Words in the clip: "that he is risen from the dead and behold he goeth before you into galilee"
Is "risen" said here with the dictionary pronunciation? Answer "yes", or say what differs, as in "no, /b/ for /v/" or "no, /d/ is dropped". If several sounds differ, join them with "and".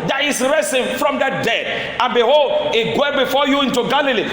no, /s/ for /z/